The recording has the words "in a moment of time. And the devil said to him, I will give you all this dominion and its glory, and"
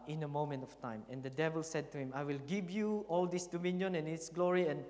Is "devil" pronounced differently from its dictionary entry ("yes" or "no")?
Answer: no